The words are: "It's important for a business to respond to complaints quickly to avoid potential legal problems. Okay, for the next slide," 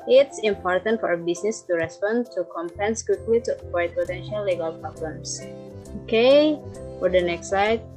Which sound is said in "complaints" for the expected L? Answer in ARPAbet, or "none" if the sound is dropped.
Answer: none